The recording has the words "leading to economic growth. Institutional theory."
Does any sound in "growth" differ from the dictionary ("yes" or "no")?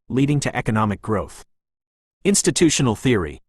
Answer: no